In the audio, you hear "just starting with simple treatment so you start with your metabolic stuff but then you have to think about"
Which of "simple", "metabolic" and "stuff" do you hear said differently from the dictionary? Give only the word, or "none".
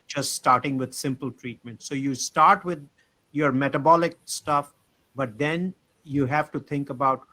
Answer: none